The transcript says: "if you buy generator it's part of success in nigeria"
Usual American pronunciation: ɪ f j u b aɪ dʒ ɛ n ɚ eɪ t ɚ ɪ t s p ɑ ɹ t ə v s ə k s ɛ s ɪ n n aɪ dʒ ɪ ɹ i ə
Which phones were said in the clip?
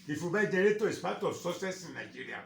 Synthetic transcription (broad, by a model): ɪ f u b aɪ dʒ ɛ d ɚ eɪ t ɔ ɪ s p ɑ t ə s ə s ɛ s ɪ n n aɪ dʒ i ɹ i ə